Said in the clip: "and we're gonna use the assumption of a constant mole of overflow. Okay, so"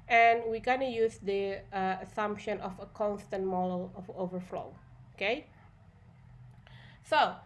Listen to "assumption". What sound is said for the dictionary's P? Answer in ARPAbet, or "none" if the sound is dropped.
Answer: P